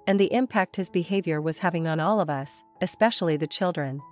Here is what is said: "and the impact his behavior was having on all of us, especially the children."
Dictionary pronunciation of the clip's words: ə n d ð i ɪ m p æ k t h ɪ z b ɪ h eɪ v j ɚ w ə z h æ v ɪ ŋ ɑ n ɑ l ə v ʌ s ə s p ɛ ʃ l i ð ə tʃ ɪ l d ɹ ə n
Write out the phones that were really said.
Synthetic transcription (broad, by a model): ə n ð i ɪ m p æ k t h ɪ z b ɪ h eɪ v j ɚ w ə z h æ v ɪ ŋ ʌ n ɑ l ə v ʌ s ə s p ɛ ʃ l i ð ə tʃ ɪ l d ɹ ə n